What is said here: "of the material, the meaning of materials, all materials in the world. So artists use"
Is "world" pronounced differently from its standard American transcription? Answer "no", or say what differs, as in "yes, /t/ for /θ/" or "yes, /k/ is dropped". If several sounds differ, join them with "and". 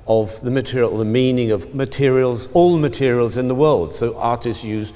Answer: no